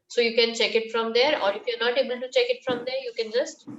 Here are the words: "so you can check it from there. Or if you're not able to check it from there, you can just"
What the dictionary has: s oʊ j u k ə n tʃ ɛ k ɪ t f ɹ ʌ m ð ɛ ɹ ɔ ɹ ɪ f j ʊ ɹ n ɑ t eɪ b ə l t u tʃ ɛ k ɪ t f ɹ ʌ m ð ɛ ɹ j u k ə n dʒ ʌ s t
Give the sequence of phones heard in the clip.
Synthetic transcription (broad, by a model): s oʊ j u k ə n tʃ ɛ k ɪ t f ɹ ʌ m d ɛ ɹ ɔ ɹ ɪ f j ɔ ɹ n ɑ t eɪ b ə l t u tʃ ɛ k ɪ t f ɹ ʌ m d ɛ ɹ j u k ə n dʒ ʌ s t